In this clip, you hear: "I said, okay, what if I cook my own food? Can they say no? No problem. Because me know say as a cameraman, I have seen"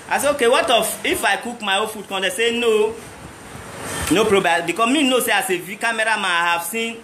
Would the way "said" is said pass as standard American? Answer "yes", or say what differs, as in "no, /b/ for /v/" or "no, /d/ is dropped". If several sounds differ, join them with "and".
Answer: no, /d/ is dropped